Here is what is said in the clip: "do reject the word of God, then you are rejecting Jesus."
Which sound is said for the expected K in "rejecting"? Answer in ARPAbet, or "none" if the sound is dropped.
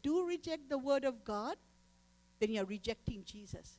K